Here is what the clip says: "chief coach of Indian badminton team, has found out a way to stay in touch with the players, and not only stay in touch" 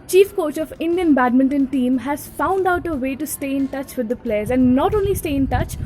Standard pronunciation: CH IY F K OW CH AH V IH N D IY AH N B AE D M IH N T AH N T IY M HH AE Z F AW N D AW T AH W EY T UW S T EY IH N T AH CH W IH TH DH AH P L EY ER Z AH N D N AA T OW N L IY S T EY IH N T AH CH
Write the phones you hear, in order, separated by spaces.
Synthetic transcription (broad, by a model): CH IY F K OW CH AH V IH N D IY AH N B AE D M IH N T AH N T IY M HH AE Z F AW N D AW T AH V EY T UW S T EY IH N T AH CH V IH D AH P L EY ER Z AH N D N AA T OW N L IY S T EY IH N T AH CH